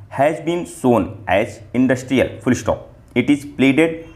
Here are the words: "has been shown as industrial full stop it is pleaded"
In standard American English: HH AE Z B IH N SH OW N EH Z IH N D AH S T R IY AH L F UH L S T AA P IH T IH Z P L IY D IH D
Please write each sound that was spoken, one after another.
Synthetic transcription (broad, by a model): HH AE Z B IH N S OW N EH Z IH N D AH S T R IY AH L F UH L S T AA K IH T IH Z P L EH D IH D